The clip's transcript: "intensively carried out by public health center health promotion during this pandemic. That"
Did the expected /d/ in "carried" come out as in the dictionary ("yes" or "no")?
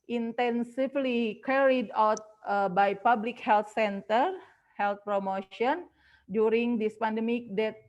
yes